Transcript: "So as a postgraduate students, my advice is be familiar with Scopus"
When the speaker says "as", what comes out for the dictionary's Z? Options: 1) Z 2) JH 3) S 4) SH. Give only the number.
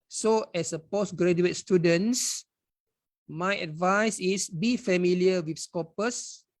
3